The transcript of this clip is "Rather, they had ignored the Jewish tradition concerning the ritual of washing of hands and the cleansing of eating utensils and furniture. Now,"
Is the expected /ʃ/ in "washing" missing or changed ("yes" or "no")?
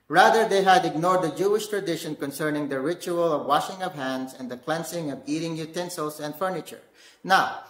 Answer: no